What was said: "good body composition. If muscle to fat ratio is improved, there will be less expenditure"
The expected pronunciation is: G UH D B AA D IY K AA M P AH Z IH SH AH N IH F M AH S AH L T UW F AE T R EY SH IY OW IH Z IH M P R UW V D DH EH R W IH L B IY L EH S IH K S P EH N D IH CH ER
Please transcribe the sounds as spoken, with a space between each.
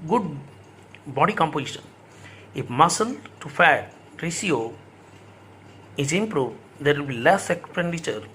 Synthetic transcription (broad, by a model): G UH D B AA D IY K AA M P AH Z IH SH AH N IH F M AH S AH L T UW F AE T R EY S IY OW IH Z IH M P R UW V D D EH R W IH L B IY L EH S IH K S P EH N D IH CH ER